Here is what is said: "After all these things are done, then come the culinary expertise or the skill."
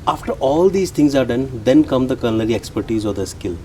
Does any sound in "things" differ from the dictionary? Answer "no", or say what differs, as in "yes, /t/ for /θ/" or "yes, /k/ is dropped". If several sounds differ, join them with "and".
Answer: yes, /t/ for /θ/